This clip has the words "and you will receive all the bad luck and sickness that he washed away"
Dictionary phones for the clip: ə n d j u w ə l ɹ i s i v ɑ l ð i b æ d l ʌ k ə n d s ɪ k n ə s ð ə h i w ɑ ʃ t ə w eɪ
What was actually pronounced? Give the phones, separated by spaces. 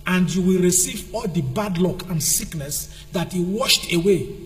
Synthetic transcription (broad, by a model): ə n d j u w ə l ɹ i s i v ɑ l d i b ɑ d l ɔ k ə n d s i k n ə s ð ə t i w ɑ ʃ t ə w eɪ